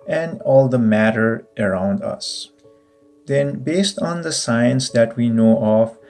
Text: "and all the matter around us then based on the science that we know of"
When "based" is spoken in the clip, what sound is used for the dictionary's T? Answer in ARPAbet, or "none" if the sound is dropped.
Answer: T